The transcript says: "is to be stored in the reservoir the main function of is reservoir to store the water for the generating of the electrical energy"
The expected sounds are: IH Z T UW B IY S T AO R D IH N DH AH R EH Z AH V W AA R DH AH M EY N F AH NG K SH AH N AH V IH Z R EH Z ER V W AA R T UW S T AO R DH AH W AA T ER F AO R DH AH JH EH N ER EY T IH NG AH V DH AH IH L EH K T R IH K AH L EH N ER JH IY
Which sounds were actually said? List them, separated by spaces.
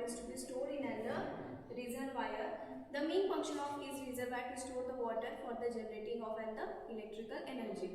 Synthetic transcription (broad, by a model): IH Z T UW B IY S T AO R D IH N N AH R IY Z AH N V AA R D AH M EY N F AH NG K SH AH N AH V IH Z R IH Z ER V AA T T UW S T AO R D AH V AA T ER F AO R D AH JH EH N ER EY T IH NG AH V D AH IH L EH K T R IH K AH L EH N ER JH IY